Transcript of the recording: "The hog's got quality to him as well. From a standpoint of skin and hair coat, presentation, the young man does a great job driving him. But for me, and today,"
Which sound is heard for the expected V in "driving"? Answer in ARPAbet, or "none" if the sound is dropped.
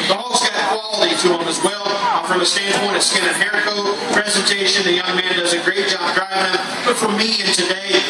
none